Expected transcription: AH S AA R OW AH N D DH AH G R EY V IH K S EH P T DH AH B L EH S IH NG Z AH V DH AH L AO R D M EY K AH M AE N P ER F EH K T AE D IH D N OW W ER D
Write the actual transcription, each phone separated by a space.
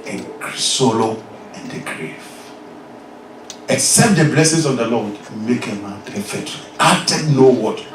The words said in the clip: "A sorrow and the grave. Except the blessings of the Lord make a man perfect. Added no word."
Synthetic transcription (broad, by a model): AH S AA L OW AH N D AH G R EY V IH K S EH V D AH B L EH S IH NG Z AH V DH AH L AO W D M EY K AH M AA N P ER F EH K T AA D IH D N OW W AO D